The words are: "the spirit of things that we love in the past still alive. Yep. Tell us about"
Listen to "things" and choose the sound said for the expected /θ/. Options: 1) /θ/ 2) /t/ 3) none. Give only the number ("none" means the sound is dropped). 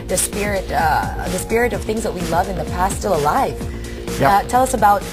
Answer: 1